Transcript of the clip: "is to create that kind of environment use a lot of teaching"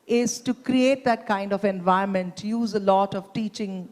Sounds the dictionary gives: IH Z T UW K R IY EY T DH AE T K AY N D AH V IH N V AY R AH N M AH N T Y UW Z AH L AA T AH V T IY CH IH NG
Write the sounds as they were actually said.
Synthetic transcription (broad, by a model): IH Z T UW K R IY EY T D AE T K AY N D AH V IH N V AY AH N M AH N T Y UW Z AH L AA T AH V T IY CH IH NG